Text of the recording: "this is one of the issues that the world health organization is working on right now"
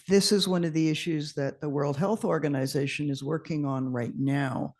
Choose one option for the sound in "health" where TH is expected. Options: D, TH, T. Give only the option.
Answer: TH